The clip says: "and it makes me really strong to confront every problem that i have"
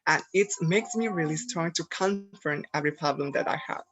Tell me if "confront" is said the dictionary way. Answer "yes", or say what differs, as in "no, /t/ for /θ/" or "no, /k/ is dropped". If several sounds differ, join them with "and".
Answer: no, /ɹ/ is dropped